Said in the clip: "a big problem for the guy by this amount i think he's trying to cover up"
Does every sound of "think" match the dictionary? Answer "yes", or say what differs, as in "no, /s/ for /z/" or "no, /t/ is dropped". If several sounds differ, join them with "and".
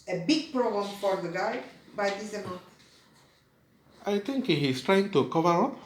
no, /t/ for /θ/